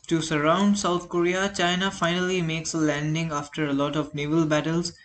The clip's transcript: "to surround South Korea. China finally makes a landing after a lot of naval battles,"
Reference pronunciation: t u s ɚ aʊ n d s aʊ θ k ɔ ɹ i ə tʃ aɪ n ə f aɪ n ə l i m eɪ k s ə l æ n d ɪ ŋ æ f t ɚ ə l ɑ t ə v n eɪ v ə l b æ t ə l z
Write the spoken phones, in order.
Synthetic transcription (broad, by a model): t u s ɚ aʊ n d s aʊ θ k ɔ ɹ i ə tʃ aɪ n ə f aɪ n ə l i m eɪ k s ə l æ n d ɪ ŋ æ f t ɚ ə l ɑ t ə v n eɪ v ə l b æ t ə l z